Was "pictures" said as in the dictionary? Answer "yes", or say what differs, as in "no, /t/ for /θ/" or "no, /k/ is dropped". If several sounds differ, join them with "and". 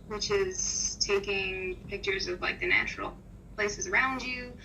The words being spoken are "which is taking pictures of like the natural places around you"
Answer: yes